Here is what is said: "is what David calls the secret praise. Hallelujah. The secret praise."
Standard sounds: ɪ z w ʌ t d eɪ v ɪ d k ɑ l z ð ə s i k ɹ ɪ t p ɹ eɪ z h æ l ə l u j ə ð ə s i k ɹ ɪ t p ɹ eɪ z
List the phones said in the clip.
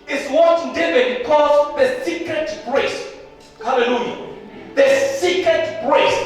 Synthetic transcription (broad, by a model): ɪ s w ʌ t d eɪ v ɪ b k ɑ z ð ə s i k ɹ ɪ t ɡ ɹ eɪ s h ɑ l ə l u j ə ð ə s i k ɹ ɪ t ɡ ɹ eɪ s